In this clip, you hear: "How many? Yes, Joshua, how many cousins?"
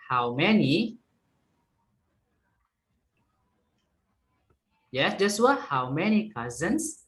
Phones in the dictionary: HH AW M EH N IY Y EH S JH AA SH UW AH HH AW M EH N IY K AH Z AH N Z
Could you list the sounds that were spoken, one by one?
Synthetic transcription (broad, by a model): HH AW M EH N IY Y EH S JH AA S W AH HH AW M EH N IY K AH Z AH N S